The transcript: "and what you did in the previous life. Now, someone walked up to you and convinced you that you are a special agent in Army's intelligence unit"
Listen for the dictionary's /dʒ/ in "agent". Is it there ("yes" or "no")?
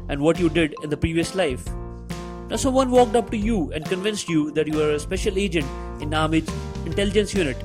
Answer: yes